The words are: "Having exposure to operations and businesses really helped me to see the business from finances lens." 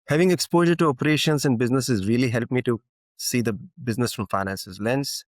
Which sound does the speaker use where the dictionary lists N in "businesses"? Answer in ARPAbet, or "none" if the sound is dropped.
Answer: N